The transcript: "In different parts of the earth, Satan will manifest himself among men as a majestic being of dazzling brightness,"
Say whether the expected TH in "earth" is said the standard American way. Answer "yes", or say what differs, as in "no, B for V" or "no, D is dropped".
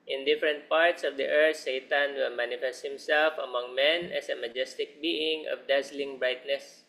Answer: no, T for TH